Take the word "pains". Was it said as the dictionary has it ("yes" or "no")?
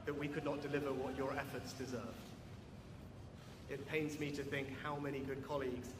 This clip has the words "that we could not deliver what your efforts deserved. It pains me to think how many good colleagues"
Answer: yes